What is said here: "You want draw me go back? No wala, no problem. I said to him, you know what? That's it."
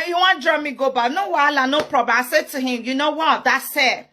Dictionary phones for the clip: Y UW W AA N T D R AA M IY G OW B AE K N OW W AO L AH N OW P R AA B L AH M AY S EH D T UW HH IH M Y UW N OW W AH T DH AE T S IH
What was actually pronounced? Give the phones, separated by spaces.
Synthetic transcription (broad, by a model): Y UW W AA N D R AA M IY G OW B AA N OW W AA L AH N OW P R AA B AH AY S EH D T UW HH IH M Y UW N OW W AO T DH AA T S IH